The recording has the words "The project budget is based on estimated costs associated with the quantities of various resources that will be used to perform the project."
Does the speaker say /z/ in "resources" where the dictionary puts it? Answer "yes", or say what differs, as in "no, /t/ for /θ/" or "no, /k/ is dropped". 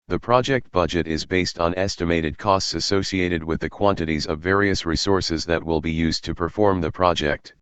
yes